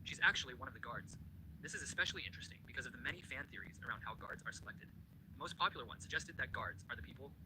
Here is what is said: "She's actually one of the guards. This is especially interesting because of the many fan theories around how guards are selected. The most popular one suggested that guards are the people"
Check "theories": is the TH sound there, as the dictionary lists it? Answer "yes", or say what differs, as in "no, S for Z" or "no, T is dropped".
yes